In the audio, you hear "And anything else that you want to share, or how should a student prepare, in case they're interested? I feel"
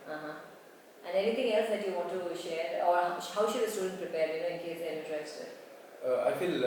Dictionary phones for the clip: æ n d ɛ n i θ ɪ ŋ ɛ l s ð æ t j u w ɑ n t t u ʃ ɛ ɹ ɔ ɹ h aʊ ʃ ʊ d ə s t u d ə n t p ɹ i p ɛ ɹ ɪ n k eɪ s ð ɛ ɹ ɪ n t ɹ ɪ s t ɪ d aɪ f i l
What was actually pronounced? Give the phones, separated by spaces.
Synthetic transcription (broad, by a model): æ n d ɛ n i t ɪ ŋ ɛ l s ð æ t j u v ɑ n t t u ʃ ɛ ɹ ɔ ɹ h aʊ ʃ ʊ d ə s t u d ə n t p ɹ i p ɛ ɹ ɪ n k eɪ s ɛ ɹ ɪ t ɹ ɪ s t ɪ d aɪ f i l